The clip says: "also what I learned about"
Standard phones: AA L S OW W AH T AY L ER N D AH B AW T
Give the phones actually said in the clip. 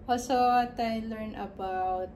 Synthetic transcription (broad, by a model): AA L S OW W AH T AY L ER N AH B AW T